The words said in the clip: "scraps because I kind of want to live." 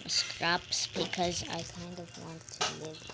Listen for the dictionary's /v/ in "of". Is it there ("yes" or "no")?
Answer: yes